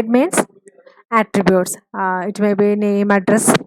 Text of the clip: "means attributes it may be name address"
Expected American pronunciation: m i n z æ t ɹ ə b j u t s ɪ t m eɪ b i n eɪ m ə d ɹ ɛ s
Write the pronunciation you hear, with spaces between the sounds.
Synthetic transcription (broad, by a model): m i n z æ t ɹ ə b j u t s ɪ t m eɪ b i n eɪ m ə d ɹ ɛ s